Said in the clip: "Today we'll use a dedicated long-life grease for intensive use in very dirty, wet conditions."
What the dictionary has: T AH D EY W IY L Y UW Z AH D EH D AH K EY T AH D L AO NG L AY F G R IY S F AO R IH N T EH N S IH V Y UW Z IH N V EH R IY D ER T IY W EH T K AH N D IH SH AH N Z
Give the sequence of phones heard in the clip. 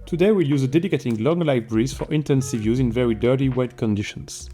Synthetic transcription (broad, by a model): T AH D EY W IY L Y UW Z AH D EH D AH K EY T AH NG L AO NG L AY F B R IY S F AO R IH N T EH N S IH V Y UW Z IH N V EH R IY D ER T IY W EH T K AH N D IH SH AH N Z